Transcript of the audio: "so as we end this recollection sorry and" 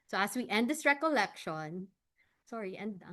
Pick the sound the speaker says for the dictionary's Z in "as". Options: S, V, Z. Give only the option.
S